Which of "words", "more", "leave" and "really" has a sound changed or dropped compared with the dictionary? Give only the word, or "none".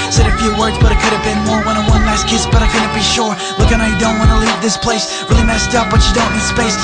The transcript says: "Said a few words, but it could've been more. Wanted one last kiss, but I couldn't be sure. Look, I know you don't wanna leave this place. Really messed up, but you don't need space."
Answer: none